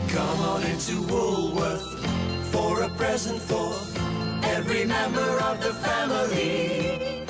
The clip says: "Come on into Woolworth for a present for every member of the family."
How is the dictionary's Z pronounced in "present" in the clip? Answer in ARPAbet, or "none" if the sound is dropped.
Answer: Z